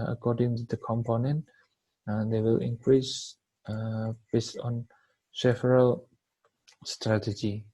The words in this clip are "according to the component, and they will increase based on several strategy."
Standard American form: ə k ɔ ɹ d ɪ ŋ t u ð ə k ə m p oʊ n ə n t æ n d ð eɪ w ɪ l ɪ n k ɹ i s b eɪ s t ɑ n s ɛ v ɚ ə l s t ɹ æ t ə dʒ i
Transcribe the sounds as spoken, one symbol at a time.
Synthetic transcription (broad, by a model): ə k ɔ d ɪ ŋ t u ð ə k ə m p oʊ n ə n t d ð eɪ w ɪ l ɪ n k ɹ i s b eɪ s t ɑ n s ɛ f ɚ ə l s t ɹ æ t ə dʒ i